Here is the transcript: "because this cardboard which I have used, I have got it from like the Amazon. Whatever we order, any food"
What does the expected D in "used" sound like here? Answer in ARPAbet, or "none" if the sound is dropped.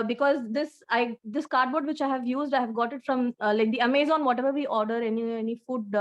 D